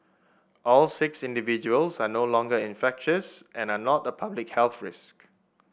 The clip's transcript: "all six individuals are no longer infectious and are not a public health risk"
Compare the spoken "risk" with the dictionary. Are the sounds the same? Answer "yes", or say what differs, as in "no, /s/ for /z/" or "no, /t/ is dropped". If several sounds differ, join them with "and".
yes